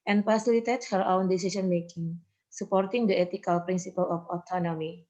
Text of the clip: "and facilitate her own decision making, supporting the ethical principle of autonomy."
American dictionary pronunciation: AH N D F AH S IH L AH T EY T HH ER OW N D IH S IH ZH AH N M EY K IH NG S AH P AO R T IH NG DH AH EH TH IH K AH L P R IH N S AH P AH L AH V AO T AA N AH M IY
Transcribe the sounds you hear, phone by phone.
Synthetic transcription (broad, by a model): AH N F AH S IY L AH T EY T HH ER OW N D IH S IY S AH N M EY K IH NG S AH P AO R T IH NG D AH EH T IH K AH L P R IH N S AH P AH L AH F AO T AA N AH M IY